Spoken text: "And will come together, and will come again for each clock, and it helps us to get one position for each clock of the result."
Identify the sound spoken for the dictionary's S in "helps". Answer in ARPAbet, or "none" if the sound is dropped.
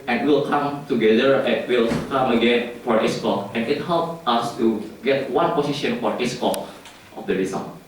none